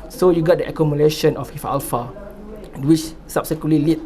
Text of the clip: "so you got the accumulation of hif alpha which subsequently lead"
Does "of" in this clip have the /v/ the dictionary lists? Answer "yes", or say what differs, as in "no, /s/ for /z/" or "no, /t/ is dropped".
no, /f/ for /v/